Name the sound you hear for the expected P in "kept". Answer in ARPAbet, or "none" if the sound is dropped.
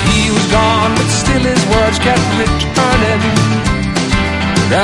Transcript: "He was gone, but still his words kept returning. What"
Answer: none